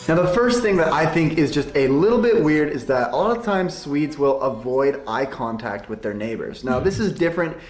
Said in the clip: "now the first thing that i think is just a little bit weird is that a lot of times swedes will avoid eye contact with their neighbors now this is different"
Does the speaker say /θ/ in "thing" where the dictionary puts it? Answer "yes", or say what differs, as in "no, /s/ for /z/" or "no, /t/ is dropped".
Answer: yes